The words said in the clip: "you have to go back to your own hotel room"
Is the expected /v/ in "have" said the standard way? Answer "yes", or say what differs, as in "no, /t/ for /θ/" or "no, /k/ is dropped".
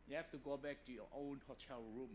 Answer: no, /f/ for /v/